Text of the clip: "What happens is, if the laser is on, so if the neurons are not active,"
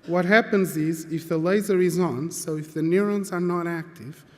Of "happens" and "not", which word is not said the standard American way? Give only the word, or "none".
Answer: none